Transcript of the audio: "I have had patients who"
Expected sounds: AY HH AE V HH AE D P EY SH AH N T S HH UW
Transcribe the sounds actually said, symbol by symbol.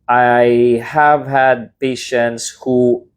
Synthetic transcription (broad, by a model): AY HH AE V HH AE D P EY SH AH N T S HH UW